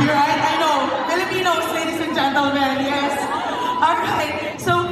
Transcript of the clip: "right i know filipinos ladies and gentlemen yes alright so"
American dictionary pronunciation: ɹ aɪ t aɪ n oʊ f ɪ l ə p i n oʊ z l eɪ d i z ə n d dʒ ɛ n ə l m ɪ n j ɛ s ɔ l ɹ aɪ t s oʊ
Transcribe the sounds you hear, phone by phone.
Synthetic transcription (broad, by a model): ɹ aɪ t aɪ n oʊ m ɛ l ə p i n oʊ s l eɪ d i s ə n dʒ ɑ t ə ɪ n j ɛ s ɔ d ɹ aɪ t s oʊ